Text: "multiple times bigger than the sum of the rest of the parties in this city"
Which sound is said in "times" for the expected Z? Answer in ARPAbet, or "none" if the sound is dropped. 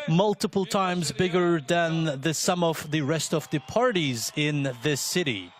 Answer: Z